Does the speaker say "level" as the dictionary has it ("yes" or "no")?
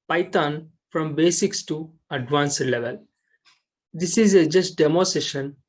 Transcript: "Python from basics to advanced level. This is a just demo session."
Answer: yes